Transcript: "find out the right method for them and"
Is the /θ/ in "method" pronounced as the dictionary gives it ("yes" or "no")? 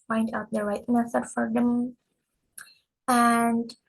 no